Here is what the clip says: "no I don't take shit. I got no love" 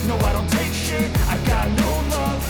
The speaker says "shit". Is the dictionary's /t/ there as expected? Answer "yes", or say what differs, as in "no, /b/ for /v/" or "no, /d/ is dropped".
no, /t/ is dropped